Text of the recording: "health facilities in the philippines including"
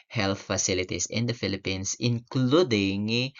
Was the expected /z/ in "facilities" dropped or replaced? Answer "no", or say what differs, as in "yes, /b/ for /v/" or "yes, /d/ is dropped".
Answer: yes, /s/ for /z/